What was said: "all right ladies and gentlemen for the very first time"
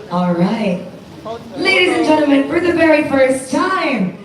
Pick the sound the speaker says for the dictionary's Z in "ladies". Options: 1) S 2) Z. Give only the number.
2